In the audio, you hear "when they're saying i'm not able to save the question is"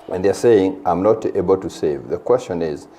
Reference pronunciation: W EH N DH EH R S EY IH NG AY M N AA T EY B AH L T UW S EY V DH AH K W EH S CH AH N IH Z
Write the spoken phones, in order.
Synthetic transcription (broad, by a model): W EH N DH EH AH S EY IH NG AY M N AA T EY B AH L T UW S EY V DH AH K W EH S CH AH N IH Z